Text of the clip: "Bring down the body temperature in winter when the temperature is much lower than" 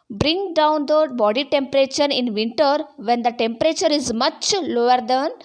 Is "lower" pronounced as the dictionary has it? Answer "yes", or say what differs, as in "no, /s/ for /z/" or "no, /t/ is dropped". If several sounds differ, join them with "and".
yes